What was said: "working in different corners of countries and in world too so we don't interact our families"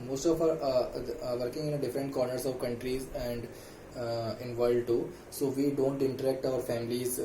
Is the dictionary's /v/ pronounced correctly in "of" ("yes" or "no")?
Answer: yes